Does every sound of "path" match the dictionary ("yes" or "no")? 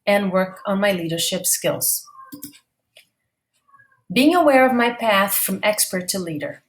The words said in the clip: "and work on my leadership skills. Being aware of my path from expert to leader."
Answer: yes